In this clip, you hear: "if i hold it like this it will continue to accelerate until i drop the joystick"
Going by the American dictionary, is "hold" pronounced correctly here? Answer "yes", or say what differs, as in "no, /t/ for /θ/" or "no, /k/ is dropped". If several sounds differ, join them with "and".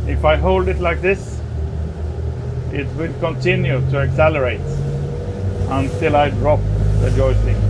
yes